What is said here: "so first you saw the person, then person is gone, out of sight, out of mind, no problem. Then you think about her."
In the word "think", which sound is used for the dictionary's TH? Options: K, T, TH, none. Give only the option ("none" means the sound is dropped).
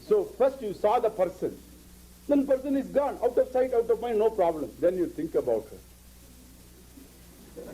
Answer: T